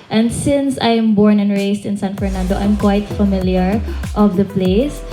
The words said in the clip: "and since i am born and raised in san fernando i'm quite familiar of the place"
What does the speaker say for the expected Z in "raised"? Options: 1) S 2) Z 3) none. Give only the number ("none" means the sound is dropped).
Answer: 1